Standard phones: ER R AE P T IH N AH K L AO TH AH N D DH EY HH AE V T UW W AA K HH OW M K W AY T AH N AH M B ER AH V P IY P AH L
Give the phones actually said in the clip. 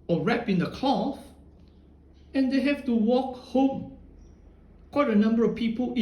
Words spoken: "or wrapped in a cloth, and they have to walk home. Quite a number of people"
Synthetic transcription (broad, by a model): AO R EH P IH N AH K L AO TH AH N D EY HH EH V T UW W AA K HH OW M K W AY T AH N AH M B ER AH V P IY P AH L